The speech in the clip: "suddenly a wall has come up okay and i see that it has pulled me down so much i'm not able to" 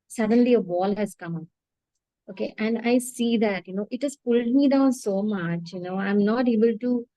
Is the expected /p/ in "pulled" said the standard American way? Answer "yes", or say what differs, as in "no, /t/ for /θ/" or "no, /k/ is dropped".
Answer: yes